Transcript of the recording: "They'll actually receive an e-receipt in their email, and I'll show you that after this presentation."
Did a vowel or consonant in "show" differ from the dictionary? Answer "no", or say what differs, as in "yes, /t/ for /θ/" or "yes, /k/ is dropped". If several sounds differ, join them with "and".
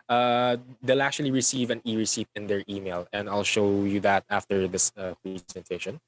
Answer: no